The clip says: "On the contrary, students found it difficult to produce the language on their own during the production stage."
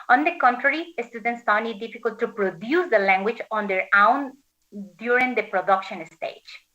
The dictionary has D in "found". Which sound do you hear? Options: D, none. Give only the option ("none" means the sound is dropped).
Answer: none